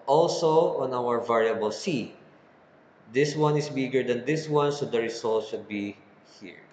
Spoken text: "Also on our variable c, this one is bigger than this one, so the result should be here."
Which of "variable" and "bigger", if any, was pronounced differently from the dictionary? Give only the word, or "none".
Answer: none